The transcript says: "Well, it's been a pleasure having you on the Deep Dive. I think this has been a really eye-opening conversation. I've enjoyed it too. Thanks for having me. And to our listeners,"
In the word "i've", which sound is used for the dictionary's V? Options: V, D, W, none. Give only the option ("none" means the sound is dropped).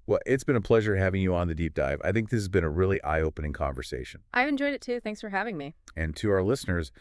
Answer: V